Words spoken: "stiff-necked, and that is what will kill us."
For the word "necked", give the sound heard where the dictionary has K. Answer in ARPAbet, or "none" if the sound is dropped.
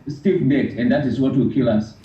none